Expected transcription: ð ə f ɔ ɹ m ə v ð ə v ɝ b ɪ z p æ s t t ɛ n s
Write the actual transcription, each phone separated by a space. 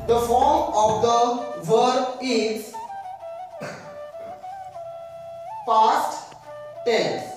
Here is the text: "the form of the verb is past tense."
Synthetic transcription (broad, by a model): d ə f ɔ ɹ m ə v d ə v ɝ ɪ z p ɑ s t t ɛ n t